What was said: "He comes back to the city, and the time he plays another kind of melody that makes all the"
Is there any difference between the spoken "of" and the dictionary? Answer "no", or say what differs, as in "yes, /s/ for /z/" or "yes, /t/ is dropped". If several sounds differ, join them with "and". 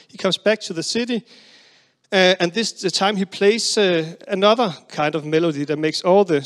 no